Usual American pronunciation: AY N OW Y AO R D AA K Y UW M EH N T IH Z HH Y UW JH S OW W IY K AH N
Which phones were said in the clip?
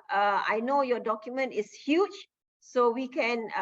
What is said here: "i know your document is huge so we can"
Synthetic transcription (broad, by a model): AY N OW Y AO D AA K Y UW M EH N T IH S HH Y UW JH S OW W IY K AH N